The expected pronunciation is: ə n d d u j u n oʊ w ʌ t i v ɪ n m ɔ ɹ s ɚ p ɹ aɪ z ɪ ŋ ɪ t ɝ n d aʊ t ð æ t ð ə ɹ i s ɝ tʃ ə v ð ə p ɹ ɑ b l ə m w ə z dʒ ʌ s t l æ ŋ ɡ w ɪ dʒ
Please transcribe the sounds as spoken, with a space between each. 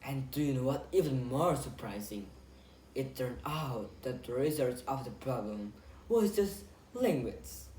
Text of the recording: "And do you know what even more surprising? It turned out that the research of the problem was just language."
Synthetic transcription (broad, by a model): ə n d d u j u n oʊ w ʌ t i v ɪ n m ɔ ɹ s ɚ p ɹ aɪ z ɪ ŋ ɪ t ɝ n d aʊ t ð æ t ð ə ɹ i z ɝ s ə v ð ə p ɹ ɑ b l ə m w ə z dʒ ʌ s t l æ ŋ ɡ w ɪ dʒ